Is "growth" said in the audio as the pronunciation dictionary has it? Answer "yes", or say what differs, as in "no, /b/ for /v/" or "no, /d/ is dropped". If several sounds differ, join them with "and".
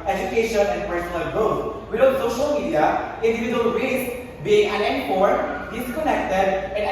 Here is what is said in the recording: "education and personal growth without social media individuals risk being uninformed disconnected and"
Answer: no, /ɹ/ is dropped